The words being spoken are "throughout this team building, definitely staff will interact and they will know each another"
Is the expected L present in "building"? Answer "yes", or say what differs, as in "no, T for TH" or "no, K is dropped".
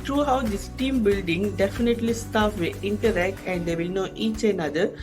yes